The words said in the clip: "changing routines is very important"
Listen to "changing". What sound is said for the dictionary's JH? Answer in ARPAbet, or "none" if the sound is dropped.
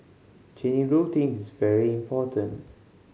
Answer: none